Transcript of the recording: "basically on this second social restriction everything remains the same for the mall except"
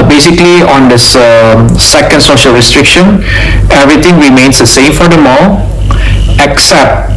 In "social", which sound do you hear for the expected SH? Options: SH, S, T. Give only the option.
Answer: SH